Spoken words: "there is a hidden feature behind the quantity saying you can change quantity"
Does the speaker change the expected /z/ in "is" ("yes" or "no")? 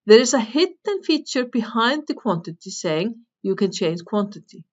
yes